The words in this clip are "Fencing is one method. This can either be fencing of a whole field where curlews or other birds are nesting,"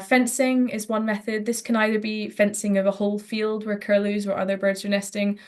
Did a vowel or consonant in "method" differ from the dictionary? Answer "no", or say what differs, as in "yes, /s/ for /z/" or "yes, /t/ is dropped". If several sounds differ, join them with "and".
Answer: no